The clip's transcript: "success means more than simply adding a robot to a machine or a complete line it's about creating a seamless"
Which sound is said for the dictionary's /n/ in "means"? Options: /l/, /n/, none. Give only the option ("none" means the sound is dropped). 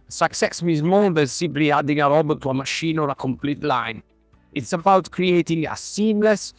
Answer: none